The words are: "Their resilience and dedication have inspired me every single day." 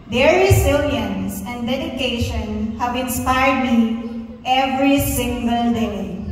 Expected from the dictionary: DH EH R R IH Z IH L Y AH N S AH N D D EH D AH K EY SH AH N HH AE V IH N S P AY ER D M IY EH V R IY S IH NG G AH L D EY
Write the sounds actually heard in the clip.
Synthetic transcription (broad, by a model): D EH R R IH S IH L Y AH N S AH N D D EH D AH K EY SH AH N HH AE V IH N S P AY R D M IY EH V R IY S IH NG G AH L D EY